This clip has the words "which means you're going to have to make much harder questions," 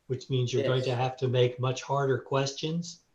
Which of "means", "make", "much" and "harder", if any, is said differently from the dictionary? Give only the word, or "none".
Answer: none